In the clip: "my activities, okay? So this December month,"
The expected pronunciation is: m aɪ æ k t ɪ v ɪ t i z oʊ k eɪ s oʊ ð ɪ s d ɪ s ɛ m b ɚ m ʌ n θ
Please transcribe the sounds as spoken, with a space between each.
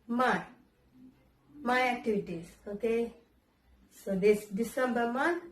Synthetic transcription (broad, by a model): m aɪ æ t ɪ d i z oʊ k eɪ s oʊ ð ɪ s d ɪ s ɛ m b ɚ m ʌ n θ